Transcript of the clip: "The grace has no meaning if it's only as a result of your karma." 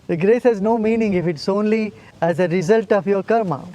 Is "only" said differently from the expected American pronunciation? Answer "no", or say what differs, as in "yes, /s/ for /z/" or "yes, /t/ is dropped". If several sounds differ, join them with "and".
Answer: no